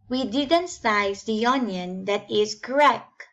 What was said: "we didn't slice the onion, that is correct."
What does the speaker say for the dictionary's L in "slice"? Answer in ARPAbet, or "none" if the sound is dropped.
none